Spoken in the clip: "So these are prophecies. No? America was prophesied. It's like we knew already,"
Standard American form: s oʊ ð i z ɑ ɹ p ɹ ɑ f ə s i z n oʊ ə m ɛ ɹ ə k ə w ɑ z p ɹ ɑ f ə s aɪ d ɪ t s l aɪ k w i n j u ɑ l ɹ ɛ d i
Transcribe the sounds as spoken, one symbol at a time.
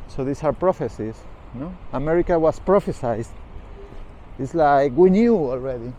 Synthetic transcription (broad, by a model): s oʊ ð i s ɑ ɹ p ɹ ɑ f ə s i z n oʊ ə m ɛ ɹ ə k ə w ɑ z p ɹ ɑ f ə s aɪ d ɪ t s l aɪ k w i n j u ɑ l ɹ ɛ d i